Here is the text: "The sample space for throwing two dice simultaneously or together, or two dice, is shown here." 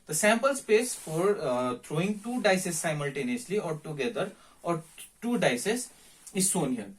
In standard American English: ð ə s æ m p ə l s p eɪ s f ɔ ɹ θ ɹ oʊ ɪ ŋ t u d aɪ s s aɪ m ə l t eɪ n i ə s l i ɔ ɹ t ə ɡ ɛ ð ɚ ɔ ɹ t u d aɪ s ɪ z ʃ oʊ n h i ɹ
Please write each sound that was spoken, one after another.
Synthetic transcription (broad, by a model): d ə s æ m p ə l s p eɪ s f ɔ ɹ t ɹ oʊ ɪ ŋ t u d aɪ s s aɪ m ə l t eɪ n i ə s l i ɔ ɹ t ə ɡ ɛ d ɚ ɔ ɹ t u d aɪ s ɪ z s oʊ n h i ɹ